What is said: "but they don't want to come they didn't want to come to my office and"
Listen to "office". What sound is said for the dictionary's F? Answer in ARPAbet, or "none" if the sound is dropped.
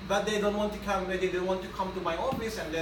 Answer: P